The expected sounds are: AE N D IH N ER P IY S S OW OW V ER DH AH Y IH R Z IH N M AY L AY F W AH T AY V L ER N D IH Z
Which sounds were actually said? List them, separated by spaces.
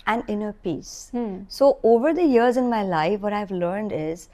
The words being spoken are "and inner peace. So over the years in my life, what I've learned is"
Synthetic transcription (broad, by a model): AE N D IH N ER P IY S S OW OW V ER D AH Y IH R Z IH N M AY L AY F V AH T AY V L ER N D IH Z